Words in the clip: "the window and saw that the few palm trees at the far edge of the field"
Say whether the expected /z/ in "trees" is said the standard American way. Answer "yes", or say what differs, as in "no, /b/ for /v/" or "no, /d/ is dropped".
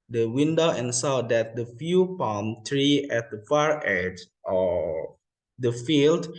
no, /z/ is dropped